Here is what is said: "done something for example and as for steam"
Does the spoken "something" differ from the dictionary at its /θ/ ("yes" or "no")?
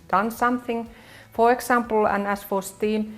no